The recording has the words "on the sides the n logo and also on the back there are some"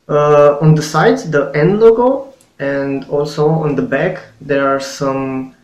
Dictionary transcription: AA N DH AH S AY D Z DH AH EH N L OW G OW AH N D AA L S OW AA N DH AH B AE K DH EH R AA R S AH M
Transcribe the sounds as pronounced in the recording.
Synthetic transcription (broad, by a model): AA N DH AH S AY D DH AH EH N L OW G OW AH N D AA L S OW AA N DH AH B AE K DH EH R AA R S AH M